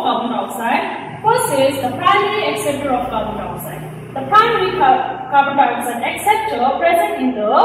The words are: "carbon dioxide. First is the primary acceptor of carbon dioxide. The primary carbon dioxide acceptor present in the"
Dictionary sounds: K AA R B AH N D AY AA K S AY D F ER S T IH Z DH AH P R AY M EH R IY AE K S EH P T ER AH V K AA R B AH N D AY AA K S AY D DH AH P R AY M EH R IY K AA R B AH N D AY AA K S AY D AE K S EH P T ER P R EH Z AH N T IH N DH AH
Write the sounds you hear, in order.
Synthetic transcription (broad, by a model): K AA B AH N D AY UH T S AY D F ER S IH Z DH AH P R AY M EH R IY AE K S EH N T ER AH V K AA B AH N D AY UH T S AY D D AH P R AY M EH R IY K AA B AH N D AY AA S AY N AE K S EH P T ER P R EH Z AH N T IH N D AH